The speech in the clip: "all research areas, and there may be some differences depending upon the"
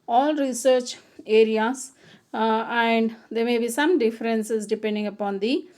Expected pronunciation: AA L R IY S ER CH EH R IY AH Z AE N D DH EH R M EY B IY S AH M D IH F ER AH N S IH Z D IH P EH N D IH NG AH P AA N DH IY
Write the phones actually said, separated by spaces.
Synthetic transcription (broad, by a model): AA L R IY S ER CH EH R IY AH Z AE N D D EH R M EY B IY S AH M D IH F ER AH N S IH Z D IH P EH N D IH NG AH P AA N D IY